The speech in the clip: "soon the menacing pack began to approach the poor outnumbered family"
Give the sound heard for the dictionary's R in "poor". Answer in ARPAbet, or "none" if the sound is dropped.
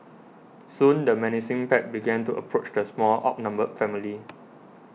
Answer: L